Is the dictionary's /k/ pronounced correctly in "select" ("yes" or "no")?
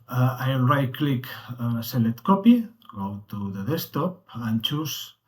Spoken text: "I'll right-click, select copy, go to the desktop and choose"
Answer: no